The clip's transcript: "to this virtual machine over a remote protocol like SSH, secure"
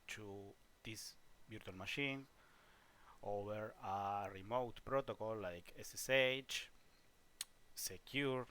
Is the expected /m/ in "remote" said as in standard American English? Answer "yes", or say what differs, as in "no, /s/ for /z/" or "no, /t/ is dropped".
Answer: yes